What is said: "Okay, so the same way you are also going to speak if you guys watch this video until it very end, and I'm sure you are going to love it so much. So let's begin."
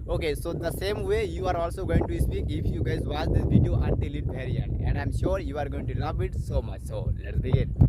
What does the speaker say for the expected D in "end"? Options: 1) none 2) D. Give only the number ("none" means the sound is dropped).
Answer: 1